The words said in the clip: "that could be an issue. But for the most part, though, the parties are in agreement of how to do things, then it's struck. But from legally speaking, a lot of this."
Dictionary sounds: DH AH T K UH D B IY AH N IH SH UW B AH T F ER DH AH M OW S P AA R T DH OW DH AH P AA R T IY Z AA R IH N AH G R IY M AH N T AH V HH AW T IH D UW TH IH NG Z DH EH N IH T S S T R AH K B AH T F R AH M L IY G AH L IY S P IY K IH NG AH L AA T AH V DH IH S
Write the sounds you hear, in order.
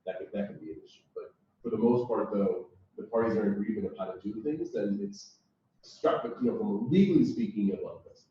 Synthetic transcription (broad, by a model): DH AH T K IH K B IY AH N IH S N B AH T F ER DH AH M OW S P AA R T DH OW DH AH P AA R T IY Z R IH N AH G R IY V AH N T AH V HH AW T IH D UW TH IH NG Z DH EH N IH T S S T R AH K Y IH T F R AH M L IY G L IY S P IY K IH NG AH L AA AH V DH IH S